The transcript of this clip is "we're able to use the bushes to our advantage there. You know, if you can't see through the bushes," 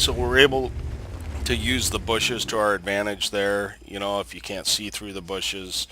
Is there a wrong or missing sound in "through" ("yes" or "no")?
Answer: no